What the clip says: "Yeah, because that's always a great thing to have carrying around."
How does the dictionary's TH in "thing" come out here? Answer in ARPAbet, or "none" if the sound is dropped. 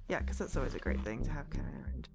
TH